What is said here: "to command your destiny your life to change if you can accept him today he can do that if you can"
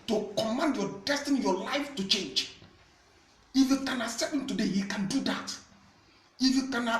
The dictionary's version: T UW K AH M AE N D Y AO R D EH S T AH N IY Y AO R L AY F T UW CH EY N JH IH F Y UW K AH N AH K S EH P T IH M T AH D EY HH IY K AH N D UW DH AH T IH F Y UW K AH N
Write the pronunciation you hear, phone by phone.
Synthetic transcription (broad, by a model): T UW K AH M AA N D Y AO D EH S T AH N IY Y AO L AY F T UW CH EY N JH IH F Y UW K AH N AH S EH T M T AH D EY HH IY K AH N D UW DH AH T IH F Y UW K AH N